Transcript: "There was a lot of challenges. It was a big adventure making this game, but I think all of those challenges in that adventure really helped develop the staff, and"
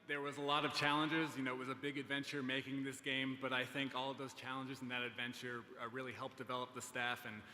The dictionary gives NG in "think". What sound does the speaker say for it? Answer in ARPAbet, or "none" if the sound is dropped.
NG